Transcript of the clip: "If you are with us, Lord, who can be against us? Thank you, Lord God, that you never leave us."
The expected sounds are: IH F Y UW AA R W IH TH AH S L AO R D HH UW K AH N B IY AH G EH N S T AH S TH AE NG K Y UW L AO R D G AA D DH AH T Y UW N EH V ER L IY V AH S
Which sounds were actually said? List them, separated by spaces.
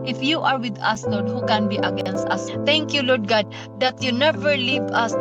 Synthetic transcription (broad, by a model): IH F Y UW AA R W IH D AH S L AO R D HH UW K AH N B IY AH G EH N S T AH S T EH NG K Y UW L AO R D G AA D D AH T Y UW N EH V ER L IY V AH S